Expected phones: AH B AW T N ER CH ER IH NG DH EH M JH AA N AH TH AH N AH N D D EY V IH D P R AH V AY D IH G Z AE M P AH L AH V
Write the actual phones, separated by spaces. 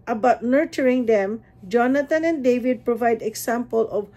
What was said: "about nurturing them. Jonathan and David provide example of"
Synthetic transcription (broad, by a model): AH B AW T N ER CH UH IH NG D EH M JH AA N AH T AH N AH N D D EY V IH D P R AH V AY D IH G S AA M P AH L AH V